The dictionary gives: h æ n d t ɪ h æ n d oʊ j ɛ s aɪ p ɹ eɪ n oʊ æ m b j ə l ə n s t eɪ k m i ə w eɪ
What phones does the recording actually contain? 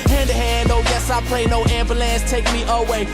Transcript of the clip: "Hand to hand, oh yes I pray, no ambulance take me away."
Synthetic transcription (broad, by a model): h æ n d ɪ h æ n d oʊ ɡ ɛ s aɪ p l eɪ n oʊ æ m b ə l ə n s t eɪ k m i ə w eɪ